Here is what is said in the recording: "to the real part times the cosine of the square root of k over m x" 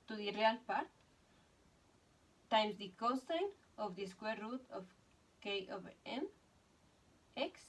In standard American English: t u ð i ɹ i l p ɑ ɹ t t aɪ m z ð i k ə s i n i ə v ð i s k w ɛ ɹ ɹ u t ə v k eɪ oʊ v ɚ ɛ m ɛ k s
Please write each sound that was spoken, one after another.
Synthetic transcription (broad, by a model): t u ð i ɹ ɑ l p ɑ ɹ t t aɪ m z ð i k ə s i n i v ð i s k w ɛ ɹ ɹ u t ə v k eɪ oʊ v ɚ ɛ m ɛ k s